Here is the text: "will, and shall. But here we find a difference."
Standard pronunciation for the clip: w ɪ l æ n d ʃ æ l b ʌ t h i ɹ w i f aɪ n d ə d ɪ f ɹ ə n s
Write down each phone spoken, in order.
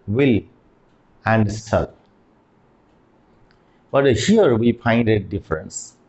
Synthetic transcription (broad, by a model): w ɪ l æ n d s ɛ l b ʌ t h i ɹ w i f aɪ n d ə d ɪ f ɹ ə n s